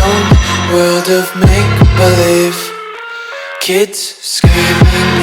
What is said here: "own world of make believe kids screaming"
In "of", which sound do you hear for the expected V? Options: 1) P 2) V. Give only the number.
2